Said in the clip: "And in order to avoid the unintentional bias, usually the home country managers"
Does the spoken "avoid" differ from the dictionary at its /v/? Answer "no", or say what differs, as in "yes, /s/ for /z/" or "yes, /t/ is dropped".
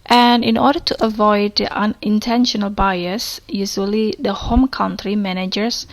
no